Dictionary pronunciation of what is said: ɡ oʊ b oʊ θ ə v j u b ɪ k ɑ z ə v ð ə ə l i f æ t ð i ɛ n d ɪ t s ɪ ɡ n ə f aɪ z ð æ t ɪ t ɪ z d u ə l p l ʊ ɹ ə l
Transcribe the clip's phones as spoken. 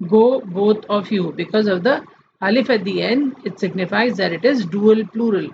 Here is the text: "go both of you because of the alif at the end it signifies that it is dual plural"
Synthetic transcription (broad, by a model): ɡ oʊ b oʊ t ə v j u b ɪ k ɑ z ə v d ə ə l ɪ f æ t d i ɛ n d ɪ t s ɪ ɡ n ə f aɪ z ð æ t ɪ t ɪ z d u ə l p l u ɹ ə l